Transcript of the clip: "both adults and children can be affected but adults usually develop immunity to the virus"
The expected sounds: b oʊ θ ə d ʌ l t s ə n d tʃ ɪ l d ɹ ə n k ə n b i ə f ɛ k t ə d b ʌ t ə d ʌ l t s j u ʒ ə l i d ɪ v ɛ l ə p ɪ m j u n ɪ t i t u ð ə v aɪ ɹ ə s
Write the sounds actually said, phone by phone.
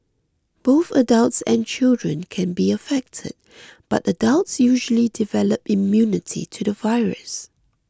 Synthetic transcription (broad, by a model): b oʊ θ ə d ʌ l t s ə n tʃ ɪ l d ɹ ə n k ə n b i ə f ɛ k t ə d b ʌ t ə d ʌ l t s j u ʒ ə l i d ɪ v ɛ l ə p ɪ m j u n ɪ t i t u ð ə v aɪ ɹ ə s